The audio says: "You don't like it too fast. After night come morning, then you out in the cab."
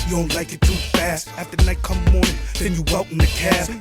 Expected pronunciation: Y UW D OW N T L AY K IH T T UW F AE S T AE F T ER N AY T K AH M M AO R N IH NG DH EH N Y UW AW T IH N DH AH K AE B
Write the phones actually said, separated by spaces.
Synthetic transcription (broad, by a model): Y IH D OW N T L AY K IH T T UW F AE S T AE F T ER N AY T K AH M M AO R N IH NG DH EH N Y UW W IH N DH AH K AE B